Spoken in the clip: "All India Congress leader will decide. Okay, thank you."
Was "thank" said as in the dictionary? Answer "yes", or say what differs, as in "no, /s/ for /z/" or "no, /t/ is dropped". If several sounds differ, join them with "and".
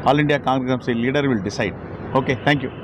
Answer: no, /t/ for /θ/